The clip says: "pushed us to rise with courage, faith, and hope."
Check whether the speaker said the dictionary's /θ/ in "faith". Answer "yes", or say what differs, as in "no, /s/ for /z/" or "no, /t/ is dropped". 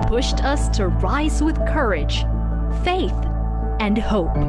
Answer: yes